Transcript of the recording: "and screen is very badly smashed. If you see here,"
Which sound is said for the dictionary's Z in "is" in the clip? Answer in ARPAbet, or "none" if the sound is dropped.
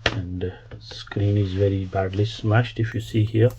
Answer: Z